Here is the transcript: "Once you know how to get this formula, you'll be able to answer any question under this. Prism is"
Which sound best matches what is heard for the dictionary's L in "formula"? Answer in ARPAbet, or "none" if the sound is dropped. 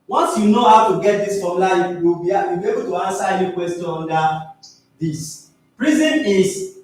W